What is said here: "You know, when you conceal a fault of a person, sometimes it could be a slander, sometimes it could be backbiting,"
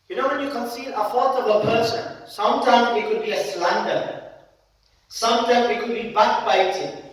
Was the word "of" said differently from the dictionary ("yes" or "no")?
yes